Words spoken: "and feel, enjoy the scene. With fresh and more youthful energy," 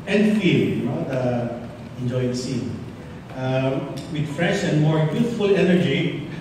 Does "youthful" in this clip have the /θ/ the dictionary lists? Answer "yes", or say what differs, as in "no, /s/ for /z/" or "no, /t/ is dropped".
no, /t/ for /θ/